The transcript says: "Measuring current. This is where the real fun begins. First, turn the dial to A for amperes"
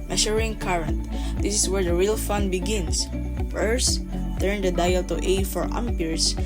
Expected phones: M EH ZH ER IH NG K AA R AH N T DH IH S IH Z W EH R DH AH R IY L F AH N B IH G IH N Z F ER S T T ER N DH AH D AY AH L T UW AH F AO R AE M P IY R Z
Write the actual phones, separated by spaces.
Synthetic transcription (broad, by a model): M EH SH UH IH NG K AA R AH N T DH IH S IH S W EH R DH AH R IY L F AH N B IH G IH N S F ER S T T ER N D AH D AY AH L T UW AH F AO R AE M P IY R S